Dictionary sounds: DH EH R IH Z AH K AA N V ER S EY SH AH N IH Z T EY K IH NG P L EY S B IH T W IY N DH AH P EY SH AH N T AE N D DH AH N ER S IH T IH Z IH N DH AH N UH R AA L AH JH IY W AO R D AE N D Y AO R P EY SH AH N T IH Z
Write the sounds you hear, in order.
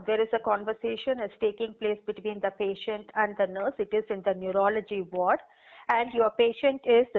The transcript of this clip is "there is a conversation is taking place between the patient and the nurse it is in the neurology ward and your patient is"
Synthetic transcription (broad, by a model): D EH R IH Z AH K AA N V ER S EY SH AH N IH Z T EY K IH NG P L EY S B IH T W IY N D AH P EY SH AH N T AE N D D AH N ER S IH T IH Z IH N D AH N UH R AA L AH JH IY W AO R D AE N D Y AO R P EY SH AH N T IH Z